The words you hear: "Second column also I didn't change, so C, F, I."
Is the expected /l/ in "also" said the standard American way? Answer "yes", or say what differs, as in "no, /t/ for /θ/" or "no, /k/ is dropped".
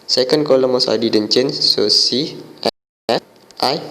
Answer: no, /l/ is dropped